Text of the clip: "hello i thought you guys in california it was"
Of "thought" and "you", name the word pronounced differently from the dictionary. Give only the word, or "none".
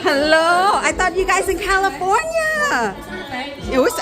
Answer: thought